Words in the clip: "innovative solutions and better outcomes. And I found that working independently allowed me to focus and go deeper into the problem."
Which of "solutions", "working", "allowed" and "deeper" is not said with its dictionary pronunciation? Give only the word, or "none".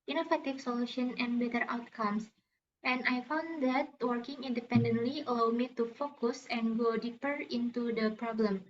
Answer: solutions